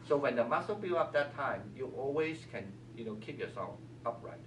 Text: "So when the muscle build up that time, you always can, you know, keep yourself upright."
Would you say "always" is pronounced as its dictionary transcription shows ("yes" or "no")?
no